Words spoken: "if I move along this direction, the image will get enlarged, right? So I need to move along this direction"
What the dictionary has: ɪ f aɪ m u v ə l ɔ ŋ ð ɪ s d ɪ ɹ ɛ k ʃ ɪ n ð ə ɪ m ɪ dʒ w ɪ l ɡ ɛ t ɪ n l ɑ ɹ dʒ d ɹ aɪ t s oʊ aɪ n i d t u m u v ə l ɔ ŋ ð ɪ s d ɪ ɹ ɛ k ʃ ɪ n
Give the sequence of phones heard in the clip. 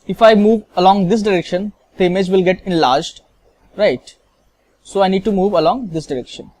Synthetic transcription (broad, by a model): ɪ f aɪ m u v ə l ɔ ŋ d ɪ s d ɪ ɹ ɛ k ʃ ɪ n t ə m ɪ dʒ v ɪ l ɡ ɛ t ɪ n l ɑ ɹ dʒ d ɹ aɪ t s oʊ aɪ n i d t u m u v ə l ɔ ŋ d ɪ s d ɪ ɹ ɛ k ʃ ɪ n